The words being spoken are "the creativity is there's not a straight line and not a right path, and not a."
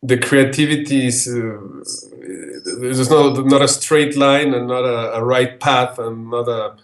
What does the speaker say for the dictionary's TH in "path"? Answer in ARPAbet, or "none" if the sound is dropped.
TH